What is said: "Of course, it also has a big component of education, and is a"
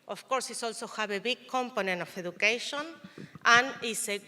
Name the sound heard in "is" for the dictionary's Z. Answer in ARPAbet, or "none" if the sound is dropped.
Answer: S